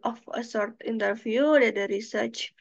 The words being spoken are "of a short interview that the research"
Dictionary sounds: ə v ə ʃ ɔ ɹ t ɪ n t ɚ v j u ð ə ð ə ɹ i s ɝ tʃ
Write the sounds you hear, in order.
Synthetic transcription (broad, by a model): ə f ə s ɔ ɹ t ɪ n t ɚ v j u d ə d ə ɹ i s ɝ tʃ